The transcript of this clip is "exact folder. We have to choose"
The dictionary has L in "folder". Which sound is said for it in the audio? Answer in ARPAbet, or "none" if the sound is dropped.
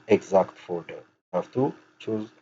none